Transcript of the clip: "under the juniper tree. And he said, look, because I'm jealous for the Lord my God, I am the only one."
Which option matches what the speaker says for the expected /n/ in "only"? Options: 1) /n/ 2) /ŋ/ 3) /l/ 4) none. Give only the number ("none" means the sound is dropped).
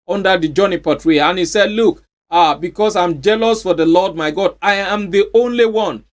1